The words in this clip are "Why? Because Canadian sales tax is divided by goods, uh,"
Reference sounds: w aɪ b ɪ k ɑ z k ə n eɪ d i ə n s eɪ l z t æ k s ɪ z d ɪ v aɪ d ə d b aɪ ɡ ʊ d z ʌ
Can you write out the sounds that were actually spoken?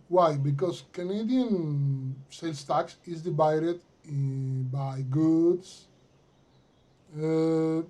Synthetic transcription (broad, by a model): w aɪ b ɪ k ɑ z k ə n eɪ d i ə n s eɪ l s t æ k s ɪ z d ɪ v aɪ d ə d b aɪ ɡ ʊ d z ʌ